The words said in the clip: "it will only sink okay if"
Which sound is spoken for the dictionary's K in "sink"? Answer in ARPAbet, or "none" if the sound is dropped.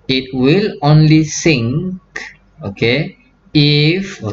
K